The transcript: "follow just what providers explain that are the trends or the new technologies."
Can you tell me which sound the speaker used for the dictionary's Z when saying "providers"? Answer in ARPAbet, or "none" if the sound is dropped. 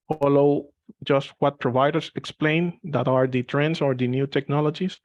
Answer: S